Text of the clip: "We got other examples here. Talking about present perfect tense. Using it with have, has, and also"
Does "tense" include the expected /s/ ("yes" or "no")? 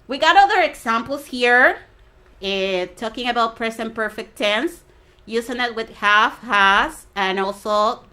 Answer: yes